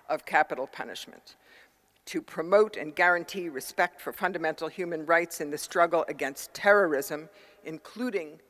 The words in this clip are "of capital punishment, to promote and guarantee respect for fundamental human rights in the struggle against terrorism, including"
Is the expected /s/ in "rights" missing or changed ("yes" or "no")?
no